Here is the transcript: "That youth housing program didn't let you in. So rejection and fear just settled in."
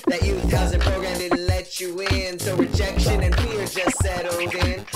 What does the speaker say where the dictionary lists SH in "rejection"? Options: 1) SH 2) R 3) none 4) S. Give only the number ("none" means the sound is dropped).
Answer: 1